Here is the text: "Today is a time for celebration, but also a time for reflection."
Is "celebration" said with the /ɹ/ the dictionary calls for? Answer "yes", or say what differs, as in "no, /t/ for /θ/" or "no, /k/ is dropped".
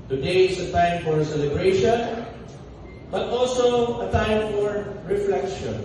yes